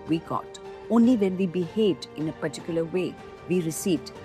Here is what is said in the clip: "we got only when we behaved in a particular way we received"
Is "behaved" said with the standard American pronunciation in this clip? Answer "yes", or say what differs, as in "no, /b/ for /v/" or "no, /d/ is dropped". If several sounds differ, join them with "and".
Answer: no, /v/ is dropped